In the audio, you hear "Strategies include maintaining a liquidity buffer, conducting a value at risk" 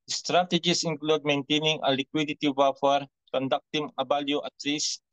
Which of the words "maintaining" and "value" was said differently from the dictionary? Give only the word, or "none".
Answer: value